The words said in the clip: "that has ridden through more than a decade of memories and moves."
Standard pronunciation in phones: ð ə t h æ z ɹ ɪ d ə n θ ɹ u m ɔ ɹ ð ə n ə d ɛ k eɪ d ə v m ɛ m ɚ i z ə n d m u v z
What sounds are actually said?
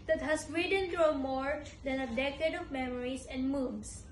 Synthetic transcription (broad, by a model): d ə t h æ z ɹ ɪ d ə n t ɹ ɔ m ɔ ɹ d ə n ə d ɛ k eɪ d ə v m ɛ m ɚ i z ə n d m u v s